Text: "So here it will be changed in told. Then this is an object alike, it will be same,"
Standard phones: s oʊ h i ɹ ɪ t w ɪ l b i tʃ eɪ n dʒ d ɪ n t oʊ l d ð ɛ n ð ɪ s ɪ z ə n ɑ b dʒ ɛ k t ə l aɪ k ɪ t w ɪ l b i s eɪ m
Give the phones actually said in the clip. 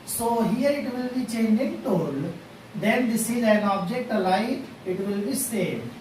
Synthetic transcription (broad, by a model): s oʊ h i ɹ ɪ t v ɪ l b i tʃ eɪ n dʒ ɪ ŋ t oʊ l d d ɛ n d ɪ s ɪ z ə n ɑ b dʒ ɛ k t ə l aɪ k ɪ t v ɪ l b i s eɪ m